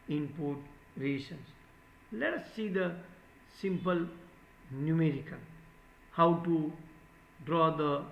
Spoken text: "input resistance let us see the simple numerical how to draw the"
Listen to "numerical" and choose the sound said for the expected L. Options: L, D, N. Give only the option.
N